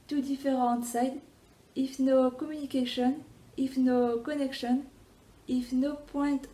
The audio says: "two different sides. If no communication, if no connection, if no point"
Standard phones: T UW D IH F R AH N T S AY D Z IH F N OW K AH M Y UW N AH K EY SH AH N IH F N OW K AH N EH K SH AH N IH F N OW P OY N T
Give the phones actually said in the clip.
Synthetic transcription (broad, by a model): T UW D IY F R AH T S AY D IH F N OW K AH M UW N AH K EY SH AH N IH F N OW K AH N EH K SH AH N IH F N OW P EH T